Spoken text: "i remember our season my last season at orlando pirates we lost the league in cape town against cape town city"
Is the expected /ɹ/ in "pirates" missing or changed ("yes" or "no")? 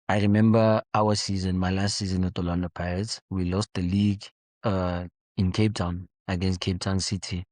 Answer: yes